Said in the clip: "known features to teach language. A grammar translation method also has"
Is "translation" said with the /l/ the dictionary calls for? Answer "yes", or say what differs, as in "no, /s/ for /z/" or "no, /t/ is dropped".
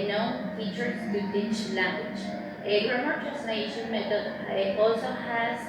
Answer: no, /n/ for /l/